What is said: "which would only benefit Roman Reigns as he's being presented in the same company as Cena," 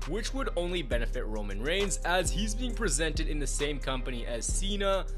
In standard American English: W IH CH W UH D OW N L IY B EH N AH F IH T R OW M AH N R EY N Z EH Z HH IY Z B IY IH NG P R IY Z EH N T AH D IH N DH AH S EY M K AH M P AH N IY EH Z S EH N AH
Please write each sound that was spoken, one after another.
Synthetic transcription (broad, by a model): W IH CH W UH D OW N L IY B EH N AH F IH T R OW M AH N R EY N Z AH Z HH IY Z B IY IH NG P R IY Z EH N T AH D IH N DH AH S EY M K AH M P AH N IY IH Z S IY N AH